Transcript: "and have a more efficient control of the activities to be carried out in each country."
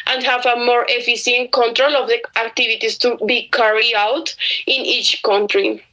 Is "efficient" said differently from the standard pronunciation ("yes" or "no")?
yes